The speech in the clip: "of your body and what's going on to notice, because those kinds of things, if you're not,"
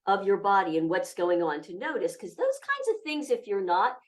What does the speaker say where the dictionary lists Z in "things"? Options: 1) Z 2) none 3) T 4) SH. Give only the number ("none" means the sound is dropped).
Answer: 1